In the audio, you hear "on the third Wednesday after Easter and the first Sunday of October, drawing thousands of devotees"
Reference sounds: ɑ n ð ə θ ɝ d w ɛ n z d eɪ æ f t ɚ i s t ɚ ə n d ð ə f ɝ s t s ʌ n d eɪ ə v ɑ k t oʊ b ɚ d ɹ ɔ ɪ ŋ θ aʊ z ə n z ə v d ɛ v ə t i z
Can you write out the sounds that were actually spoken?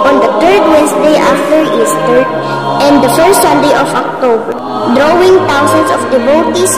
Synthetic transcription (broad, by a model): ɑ n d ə t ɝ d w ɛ n s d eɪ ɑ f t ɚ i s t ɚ ə n d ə f ɝ s t s ʌ n d eɪ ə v ɑ k t oʊ b ɚ d ɹ ɔ ɪ ŋ t aʊ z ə n s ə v d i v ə t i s